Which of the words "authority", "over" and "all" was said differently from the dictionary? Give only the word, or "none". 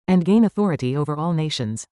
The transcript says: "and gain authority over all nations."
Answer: none